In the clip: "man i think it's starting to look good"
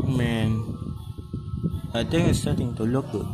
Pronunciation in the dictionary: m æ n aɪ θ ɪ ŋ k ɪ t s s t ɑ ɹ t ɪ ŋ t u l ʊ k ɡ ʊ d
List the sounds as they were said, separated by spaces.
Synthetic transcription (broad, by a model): m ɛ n aɪ t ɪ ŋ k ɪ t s s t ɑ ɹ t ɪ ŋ t u l ʊ k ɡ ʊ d